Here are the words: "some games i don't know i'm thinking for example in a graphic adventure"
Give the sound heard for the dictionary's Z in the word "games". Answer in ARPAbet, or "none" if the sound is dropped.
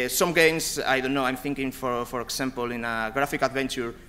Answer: S